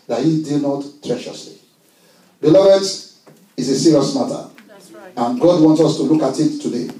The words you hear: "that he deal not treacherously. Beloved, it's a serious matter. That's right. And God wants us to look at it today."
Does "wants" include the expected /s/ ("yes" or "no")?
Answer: yes